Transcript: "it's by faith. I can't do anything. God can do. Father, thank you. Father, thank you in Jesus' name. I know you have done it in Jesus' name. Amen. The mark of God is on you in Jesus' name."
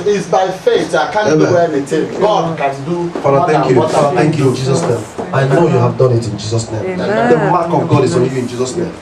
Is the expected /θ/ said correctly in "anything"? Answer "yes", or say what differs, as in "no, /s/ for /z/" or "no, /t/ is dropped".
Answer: no, /t/ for /θ/